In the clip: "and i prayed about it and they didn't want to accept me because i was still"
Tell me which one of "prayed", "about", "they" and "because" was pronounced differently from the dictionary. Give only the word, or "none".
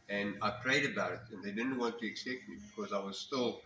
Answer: none